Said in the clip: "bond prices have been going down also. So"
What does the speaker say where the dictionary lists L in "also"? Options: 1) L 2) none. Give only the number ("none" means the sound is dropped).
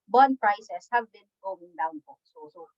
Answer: 2